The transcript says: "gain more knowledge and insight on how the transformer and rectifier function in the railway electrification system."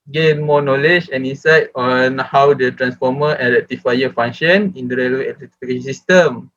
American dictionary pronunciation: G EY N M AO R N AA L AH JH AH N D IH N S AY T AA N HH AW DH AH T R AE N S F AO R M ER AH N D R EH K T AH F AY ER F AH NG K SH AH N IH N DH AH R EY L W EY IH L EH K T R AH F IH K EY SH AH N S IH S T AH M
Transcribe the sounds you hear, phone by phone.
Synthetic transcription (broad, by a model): G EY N M AO N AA L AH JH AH N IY N S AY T AA N HH AW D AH T R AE N S F AO M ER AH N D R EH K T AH F AY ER F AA NG SH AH N IH N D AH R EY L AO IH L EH T AH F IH K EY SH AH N S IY S T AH M